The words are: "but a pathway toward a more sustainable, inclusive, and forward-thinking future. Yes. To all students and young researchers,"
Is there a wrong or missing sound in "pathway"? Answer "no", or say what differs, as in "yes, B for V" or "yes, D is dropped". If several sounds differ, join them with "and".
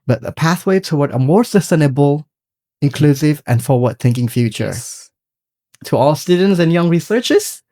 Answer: no